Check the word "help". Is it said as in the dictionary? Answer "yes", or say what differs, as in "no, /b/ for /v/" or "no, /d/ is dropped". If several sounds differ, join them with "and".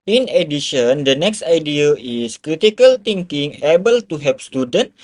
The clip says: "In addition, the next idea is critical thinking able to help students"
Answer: no, /l/ is dropped